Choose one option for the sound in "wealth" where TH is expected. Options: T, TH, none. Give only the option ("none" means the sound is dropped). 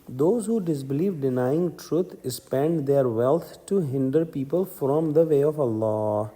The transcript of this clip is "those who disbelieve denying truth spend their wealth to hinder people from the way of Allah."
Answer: T